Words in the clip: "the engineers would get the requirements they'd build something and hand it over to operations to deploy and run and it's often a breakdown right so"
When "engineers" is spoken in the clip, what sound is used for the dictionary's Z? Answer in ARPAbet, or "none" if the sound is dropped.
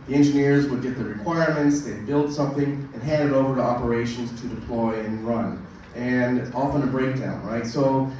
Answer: Z